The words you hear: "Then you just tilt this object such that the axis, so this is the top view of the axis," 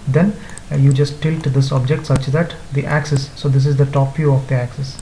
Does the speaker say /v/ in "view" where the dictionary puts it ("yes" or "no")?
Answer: no